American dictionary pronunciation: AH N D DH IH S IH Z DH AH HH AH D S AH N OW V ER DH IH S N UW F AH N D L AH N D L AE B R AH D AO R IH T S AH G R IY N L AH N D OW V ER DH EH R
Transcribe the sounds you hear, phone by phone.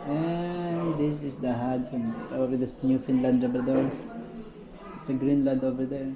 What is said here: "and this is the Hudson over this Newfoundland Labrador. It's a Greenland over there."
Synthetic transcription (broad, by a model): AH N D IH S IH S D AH HH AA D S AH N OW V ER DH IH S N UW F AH N L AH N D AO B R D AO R IH T S AH G R IY N L AH N D OW V ER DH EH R